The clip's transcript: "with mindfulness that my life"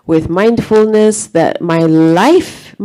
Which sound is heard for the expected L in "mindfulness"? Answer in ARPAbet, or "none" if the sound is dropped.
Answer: L